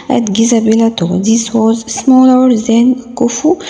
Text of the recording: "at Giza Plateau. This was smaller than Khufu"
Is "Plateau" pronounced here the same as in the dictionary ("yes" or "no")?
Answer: no